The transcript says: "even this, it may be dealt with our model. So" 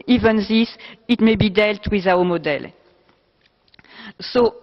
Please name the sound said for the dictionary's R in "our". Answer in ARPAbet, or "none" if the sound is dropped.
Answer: W